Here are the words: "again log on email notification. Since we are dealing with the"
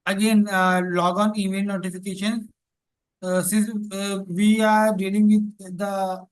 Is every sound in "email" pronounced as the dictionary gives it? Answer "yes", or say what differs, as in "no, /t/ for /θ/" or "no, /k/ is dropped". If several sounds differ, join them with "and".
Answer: no, /n/ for /l/